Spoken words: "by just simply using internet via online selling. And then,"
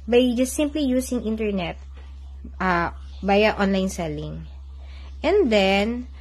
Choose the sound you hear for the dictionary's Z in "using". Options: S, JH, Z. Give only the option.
S